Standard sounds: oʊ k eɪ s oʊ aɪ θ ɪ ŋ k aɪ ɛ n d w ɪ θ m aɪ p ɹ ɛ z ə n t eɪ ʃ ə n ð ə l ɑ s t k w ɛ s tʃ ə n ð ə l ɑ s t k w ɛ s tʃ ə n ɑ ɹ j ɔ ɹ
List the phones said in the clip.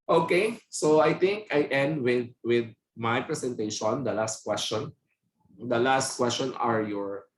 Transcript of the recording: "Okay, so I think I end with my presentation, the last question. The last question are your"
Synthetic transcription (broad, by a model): oʊ k eɪ s oʊ aɪ t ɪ ŋ k aɪ ɛ n d w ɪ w m aɪ p ɹ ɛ s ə n t eɪ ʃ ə n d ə l ɑ s t k w ɛ s tʃ ə n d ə l ɑ s t k w ɛ s tʃ ə n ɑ ɹ j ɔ ɹ